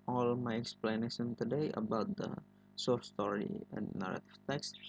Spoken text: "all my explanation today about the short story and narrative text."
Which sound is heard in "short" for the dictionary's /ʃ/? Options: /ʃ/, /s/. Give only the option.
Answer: /s/